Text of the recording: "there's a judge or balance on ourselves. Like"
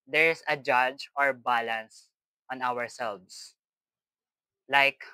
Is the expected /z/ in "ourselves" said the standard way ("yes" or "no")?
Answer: no